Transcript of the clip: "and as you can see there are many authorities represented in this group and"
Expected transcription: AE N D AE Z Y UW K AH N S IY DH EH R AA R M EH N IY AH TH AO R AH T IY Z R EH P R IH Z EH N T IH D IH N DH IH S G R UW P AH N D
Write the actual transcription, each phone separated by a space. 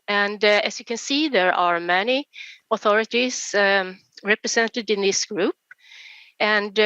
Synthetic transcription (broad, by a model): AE N D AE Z Y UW K AH N S IY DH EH R AA R M EH N IY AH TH AO R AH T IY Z R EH P R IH S EH N T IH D IH N DH IH S G R UW P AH N D